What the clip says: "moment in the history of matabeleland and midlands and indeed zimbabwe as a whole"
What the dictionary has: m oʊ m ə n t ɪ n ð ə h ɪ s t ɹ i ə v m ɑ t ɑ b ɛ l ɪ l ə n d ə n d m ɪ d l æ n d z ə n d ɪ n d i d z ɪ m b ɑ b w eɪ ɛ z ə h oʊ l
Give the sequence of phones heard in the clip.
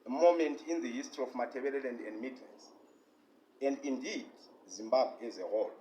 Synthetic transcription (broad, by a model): m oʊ m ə n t ɪ n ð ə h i s t ɹ i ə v m ɑ t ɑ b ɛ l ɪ l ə n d ə n d m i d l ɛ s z ə n d ɪ n d i d z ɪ m b ɑ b w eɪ ɛ z ə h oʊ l